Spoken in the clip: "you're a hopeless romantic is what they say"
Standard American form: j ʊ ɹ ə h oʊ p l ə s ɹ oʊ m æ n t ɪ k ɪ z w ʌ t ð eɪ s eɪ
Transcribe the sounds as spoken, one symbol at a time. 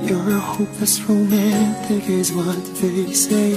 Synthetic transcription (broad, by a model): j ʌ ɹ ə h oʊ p ə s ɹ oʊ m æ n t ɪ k ɪ z w ʌ t ð eɪ s eɪ